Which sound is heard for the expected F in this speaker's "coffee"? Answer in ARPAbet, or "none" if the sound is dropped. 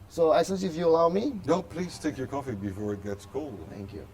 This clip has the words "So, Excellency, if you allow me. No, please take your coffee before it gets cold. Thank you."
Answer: F